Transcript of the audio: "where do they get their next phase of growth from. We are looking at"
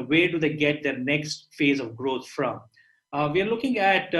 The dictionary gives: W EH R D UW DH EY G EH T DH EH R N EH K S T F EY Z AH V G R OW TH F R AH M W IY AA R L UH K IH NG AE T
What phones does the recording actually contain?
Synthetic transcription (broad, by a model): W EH R D UW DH EY G EH T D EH R N EH K S T F EY Z AH V G R OW T F R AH M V IY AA R L UH K IH NG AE T